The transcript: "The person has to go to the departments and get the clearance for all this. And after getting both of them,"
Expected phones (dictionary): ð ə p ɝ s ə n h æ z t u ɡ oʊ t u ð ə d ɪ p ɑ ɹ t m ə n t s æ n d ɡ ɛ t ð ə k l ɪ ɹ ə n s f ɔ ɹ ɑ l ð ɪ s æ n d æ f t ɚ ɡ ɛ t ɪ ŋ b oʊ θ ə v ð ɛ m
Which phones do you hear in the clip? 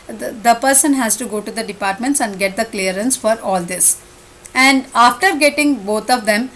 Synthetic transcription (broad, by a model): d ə p ɝ s ə n h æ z t u ɡ oʊ t u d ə d ɪ p ɑ ɹ t m ə n t s æ n d ɡ ɛ t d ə k l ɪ ɹ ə n s f ɔ ɹ ɑ l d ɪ s æ n d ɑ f t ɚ ɡ ɛ t ɪ ŋ b oʊ t ə v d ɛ m